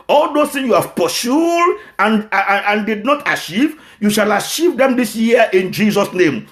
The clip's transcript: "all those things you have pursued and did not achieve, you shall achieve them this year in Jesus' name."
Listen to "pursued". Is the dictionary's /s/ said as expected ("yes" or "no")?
no